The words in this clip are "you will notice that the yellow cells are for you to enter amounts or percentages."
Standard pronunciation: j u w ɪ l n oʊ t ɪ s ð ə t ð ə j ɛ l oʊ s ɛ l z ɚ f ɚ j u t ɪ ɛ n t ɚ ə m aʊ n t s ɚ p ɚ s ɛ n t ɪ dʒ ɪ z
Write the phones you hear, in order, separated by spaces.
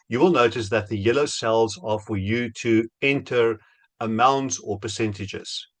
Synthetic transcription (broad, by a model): j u w ɪ l n oʊ t ɪ s ð ə t ð ə j ɛ l oʊ s ɛ l z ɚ f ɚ j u t ɪ ɛ n t ɚ ə m aʊ n t s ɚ p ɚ s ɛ n t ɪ dʒ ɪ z